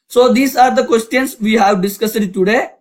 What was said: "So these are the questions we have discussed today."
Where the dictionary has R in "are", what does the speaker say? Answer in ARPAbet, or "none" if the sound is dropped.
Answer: R